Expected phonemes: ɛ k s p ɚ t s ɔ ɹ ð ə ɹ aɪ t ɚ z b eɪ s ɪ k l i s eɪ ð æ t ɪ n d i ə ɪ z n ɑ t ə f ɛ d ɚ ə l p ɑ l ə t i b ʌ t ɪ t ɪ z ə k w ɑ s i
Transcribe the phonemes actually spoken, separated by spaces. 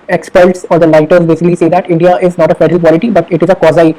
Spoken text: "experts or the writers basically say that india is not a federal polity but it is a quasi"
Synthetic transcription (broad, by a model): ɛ k s p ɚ t s ɔ ɹ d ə l aɪ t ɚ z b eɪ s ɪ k l i s eɪ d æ t ɪ n d i ə ɪ z n ɑ t ə f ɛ d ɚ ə l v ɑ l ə t i b ʌ t ɪ t ɪ z ə k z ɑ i